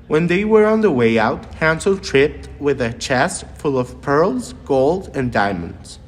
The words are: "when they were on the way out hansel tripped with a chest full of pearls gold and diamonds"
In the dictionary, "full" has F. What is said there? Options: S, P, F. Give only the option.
F